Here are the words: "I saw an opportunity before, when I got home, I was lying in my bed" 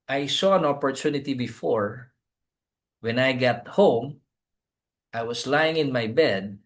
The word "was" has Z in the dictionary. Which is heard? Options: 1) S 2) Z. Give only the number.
1